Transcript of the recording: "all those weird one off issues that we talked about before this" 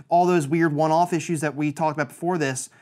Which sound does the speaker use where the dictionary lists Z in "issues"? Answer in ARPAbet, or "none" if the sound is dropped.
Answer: Z